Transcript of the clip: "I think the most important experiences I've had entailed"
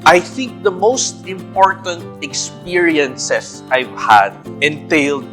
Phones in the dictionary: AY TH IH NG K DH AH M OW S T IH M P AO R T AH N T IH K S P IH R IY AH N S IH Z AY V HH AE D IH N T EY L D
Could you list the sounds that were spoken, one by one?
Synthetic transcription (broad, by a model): AY TH IH NG K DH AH M OW S T IH M P AO R T AH N T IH K S P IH R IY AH N S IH S AY V HH AE D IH N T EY L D